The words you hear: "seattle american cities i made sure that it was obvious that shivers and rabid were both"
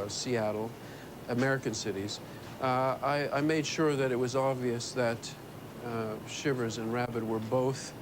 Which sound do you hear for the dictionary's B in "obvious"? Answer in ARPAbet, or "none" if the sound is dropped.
B